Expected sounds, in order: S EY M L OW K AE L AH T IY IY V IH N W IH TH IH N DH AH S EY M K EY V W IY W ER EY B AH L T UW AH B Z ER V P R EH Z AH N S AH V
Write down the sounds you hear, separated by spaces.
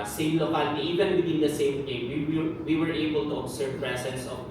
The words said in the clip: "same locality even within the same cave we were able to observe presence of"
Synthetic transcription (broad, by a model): S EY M L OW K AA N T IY IY V IH N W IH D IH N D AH S EY M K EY W W IY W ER EY B AH L T UW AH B S ER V P R EH S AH N S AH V